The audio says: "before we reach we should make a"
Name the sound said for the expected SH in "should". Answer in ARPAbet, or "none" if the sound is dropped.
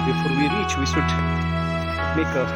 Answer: S